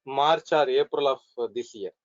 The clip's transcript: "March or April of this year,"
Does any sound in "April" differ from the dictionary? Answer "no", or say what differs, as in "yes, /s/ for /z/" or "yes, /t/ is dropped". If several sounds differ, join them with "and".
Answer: no